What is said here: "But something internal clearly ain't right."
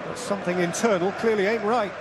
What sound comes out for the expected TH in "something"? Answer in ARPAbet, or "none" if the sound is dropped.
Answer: TH